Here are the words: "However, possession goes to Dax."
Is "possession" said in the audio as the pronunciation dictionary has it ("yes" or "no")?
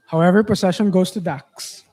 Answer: no